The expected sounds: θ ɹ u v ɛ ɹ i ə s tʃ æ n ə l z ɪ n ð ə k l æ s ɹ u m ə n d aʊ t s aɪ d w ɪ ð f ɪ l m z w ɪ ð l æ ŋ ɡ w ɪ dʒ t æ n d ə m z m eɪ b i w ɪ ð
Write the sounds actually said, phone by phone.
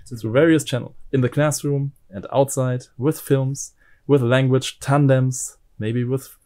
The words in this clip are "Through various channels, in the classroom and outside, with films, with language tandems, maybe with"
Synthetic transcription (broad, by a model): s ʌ v ɛ ɹ i ə s tʃ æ n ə l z ɪ n ð ə k l æ s ɹ u m ə n d aʊ t s aɪ d w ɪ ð f ɪ l m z w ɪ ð l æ ŋ ɡ w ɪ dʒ t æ n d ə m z m eɪ b i w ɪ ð